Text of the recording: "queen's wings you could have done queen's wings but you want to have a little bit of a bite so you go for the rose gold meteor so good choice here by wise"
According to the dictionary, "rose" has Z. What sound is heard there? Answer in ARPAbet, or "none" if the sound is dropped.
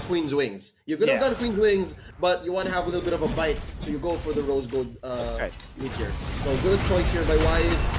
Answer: Z